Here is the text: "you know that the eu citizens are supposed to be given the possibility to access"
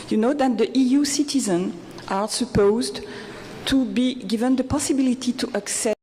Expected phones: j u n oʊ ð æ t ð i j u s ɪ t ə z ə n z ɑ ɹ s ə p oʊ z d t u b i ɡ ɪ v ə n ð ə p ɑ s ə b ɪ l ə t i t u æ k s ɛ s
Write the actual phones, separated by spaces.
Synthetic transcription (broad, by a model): j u n oʊ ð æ t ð i j u s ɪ t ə z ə n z ɑ ɹ s ə p oʊ z d t u b i ɡ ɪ v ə n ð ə p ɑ s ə b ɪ l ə t i t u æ k s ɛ